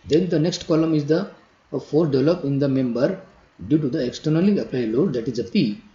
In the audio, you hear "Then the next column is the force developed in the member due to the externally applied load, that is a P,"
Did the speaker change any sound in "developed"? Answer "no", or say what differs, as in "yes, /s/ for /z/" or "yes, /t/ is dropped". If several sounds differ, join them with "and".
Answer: yes, /t/ is dropped